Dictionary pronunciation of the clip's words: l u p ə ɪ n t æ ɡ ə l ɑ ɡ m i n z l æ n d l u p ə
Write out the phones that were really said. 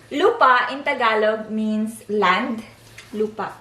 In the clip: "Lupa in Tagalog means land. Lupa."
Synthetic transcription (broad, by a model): l u p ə ɪ n t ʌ ɡ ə l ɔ ɡ m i n s l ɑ n d l u p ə